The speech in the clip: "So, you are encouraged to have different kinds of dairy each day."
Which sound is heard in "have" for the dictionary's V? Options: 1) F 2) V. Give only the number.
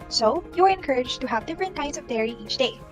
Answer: 2